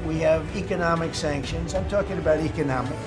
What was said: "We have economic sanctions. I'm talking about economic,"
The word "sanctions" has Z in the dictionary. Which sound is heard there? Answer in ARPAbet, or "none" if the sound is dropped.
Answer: Z